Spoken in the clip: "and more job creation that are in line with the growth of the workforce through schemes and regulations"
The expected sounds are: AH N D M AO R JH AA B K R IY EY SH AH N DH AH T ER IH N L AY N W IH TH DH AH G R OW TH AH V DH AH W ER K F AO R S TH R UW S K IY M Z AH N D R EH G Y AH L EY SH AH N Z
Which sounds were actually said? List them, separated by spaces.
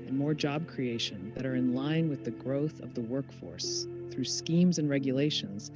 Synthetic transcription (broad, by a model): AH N M AO R JH AA B K R IY EY SH AH N DH AH T ER IH N L AY N W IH DH AH G R OW TH AH V DH AH W ER K F AO R S TH R UW S K IY M Z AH N R EH G Y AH L EY SH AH N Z